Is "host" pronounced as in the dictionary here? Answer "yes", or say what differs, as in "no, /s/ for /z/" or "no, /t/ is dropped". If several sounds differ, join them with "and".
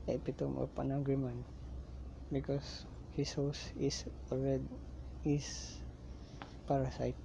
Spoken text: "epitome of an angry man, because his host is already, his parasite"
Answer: no, /t/ is dropped